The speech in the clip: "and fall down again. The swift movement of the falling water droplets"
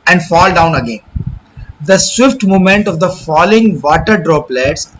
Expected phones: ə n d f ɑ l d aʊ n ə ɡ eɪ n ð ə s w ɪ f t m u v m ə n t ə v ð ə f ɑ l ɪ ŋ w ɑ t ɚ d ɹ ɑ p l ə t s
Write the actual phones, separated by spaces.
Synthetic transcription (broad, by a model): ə n d f ɑ l d aʊ n ə ɡ eɪ n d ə s w ɪ f t m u m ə n t ə v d ə f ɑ l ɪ ŋ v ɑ t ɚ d ɹ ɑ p l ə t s